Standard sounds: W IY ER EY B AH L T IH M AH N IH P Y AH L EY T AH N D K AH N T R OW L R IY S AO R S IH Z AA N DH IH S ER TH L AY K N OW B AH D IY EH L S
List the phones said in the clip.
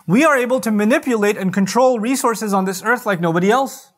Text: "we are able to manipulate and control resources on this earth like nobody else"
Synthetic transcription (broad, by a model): W IY ER EY B AH L T IH M AH N IH P Y AH L EY T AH N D K AH N T R OW L R IY S AO R S IH Z N DH IH S ER TH L AY K N OW B AH D IY EH L S